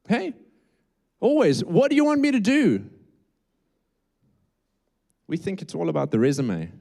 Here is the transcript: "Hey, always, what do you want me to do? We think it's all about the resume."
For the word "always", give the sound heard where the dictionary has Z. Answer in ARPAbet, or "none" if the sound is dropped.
Z